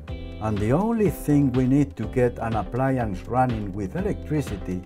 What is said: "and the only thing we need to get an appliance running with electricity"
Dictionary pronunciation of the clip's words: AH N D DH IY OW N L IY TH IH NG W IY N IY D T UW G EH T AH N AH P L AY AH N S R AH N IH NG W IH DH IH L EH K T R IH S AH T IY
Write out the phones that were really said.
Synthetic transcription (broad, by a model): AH N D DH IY OW N L IY TH IH NG W IY N IY D T UW G EH T AH N AH P L AY AH N S R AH N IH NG W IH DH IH L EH K T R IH S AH T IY